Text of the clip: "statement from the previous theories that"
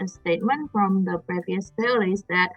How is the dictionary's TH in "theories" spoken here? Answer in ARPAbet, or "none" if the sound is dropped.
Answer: F